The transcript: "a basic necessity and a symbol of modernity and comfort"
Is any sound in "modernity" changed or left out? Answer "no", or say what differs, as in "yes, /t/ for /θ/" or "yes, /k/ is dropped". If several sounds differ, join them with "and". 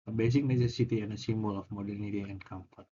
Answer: no